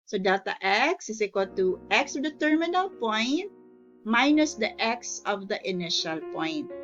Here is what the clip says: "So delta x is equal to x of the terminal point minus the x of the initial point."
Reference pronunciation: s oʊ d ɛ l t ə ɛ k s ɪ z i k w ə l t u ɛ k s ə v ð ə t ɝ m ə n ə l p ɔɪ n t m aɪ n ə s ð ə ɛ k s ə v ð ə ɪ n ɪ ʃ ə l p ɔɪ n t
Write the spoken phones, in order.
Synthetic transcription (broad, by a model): s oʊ d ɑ t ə ɛ k s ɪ s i k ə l t u ɛ k s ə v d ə t ɝ m ə n ə l p ɔɪ n t m aɪ n ə s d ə ɛ k s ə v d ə ɪ n ɪ ʃ ə l p ɔɪ n t